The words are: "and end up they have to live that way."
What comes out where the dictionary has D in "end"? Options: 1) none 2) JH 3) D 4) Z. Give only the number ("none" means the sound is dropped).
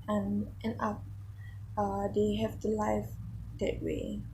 1